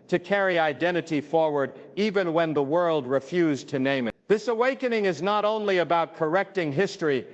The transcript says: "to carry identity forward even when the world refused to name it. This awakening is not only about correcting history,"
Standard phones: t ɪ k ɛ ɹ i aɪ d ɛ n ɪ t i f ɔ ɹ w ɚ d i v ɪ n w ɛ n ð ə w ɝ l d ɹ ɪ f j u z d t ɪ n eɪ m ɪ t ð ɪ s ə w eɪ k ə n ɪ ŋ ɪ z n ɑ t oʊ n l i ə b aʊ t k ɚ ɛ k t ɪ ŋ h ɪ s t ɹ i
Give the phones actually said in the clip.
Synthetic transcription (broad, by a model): t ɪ k ɛ ɹ i aɪ d ɛ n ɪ t i f ɔ ɹ w ɚ d i v ɪ n w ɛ n ð ə w ɝ l d ɹ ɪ f j u z t ɪ n eɪ m ɪ t ð ɪ s ə w eɪ k ə n ɪ ŋ ɪ z n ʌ t oʊ n l i ə b aʊ t k ɚ ɛ k t ɪ ŋ h ɪ s t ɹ i